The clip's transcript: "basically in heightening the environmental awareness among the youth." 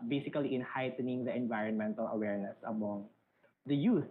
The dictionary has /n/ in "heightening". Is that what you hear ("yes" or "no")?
yes